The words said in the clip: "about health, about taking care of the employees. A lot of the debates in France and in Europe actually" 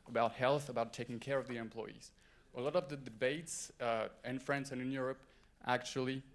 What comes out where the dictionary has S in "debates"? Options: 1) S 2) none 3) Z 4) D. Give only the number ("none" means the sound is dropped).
1